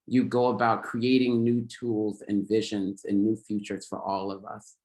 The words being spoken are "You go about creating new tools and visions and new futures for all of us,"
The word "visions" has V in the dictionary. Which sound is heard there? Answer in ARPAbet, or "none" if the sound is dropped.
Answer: V